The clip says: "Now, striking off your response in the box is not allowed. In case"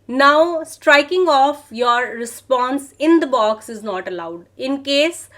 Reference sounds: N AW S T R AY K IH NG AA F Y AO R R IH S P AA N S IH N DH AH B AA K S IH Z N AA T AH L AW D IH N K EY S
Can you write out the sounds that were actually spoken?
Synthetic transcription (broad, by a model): N AW S T R AY K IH NG AA F Y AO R R IH S P AA N S IH N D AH B AA K S IH Z N AA T AH L AW D IH N K EY S